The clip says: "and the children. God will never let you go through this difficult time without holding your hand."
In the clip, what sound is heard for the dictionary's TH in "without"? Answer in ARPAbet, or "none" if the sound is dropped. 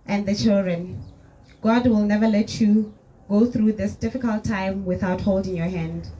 TH